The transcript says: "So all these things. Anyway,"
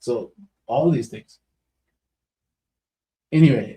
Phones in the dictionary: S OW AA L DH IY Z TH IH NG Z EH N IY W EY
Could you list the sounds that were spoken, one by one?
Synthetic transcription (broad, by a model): S OW AA L DH IY Z TH IH NG Z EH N IY W EY